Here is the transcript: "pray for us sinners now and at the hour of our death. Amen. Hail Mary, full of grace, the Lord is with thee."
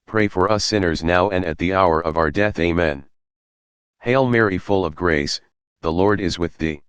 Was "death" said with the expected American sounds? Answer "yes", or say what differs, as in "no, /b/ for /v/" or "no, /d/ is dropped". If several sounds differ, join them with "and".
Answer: yes